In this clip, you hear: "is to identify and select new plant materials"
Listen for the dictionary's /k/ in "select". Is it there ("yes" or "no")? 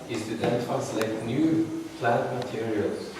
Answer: no